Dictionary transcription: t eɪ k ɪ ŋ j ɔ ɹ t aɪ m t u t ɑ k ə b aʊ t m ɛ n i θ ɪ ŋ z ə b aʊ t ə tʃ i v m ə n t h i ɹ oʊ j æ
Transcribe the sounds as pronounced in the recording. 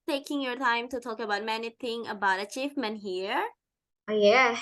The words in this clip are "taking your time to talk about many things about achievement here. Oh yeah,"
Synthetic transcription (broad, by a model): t eɪ k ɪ ŋ j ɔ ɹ t aɪ m t u t ɑ k ə b aʊ t m ɛ n i t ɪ ŋ ə b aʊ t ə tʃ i f m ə n h i ɹ oʊ j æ